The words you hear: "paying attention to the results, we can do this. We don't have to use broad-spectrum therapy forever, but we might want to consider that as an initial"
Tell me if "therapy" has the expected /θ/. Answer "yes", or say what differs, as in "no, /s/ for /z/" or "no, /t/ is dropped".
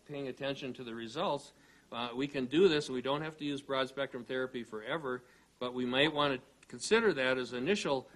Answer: yes